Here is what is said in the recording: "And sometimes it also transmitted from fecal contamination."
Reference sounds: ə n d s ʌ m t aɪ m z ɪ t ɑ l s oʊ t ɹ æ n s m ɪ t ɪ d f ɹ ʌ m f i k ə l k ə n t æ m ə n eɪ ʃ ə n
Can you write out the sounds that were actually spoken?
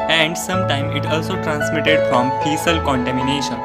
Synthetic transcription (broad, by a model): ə n d s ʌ m t aɪ m ɪ t ɑ l s oʊ t ɹ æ n s m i t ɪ d f ɹ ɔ m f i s ə l k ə n t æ m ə n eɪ ʃ ə n